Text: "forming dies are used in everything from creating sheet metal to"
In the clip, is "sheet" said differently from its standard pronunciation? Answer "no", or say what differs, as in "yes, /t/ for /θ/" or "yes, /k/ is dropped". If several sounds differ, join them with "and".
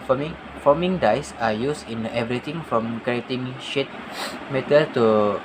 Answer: no